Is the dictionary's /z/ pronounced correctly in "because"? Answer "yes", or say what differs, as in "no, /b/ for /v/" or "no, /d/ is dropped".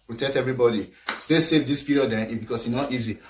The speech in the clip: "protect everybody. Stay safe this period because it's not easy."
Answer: no, /s/ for /z/